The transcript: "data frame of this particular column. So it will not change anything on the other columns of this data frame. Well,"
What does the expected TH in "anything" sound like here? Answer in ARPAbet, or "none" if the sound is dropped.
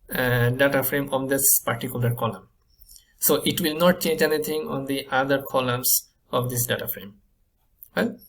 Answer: T